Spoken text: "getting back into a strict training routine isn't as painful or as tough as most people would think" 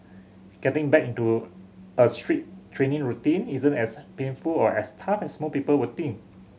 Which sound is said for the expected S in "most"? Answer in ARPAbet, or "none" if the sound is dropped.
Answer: none